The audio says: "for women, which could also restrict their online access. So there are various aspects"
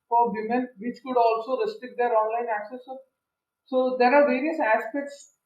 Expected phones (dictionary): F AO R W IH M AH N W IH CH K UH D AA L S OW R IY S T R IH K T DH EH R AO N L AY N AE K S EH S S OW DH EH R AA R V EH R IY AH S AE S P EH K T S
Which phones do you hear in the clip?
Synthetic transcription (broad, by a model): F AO R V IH M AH N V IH CH K UH D AA L S OW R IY S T IH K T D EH R AO N L AY N AE K S EH S S OW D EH R AA R V EH R IY AH S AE S P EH K T S